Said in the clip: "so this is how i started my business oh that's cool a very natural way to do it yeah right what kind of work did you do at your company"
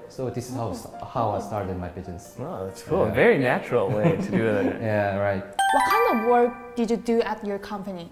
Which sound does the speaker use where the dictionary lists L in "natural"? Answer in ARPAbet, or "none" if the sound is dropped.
L